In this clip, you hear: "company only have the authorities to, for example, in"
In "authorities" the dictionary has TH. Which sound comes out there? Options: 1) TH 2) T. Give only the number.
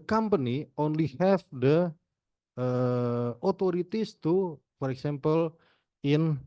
2